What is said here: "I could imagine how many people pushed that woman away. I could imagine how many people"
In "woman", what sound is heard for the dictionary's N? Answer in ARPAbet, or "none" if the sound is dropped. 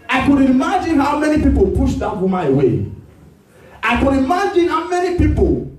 none